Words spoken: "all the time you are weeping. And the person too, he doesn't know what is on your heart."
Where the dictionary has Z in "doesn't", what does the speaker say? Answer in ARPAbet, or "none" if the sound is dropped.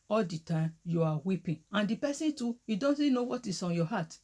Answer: S